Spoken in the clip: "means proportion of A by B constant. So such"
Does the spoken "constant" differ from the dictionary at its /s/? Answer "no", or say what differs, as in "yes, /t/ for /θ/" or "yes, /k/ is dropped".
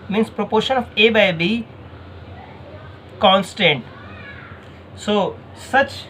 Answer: no